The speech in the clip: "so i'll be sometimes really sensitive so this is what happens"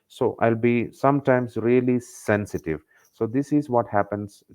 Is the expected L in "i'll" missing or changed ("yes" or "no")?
no